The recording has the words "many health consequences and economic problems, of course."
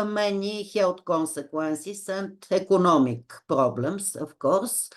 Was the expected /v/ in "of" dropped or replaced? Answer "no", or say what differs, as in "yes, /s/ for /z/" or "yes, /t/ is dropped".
yes, /f/ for /v/